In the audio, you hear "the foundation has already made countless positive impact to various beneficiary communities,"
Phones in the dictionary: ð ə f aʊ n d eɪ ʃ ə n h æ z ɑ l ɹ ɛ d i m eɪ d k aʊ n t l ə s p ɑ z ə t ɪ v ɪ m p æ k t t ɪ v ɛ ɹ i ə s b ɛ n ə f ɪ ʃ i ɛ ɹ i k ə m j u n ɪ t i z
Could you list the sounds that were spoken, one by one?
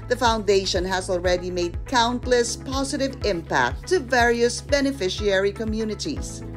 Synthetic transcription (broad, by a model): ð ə f aʊ n d eɪ ʃ ə n h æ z ɑ l ɹ ɛ d i m eɪ d k aʊ n t l ə s p ɑ z ə t ɪ v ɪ m p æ k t t ɪ v ɛ ɹ i ə s b ɛ n ə f ɪ ʃ i ɛ ɹ i k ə m j u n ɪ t i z